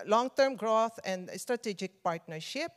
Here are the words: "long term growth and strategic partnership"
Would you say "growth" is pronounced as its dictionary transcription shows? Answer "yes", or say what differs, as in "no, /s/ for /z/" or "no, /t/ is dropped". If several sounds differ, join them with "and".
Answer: no, /t/ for /θ/